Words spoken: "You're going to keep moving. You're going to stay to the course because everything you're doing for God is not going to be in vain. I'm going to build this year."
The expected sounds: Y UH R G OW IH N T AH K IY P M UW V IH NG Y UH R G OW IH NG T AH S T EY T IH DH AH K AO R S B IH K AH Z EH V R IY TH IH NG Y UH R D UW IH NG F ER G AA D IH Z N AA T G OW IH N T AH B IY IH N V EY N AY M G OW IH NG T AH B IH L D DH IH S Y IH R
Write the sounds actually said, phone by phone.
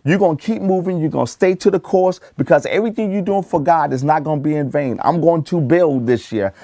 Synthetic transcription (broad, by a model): Y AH R G OW IH N K IY P M UW V IH NG Y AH R G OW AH S T EY T IH DH AH K AO R S B IH K AH Z EH V R IY TH IH NG Y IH D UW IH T F ER G AA D IH Z N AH T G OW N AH B IY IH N V EY N AY M G OW IH NG T AH B IH L D DH IH S Y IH R